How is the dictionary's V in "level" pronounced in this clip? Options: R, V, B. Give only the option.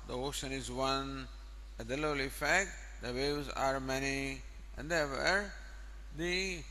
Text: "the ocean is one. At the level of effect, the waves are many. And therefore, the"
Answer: B